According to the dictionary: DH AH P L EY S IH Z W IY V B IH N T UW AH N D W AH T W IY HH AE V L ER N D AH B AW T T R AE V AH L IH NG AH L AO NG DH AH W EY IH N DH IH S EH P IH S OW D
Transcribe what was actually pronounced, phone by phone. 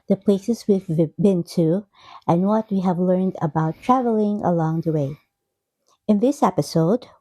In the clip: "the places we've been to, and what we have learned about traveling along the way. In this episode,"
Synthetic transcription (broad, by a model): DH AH P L EY S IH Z W IY V B IH N T UW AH N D W AH T W IY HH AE V L ER N D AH B AW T T R AE V AH L IH NG AH L AO NG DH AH W EY IH N DH IH S EH P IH S OW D